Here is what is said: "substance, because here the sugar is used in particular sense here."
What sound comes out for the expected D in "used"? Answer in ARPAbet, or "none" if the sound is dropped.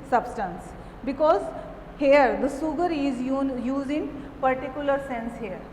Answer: none